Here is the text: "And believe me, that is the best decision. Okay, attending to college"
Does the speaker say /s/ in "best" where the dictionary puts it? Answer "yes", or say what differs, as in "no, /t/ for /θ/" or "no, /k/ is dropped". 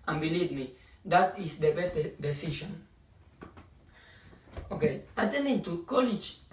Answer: no, /s/ is dropped